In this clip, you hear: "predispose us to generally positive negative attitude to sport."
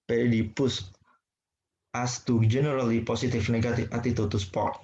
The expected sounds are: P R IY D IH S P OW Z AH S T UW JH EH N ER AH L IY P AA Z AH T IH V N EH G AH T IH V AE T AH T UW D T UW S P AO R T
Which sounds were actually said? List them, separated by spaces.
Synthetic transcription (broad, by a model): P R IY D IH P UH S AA S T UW JH EH N ER AH L IY P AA S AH T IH F N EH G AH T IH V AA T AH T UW T UW S P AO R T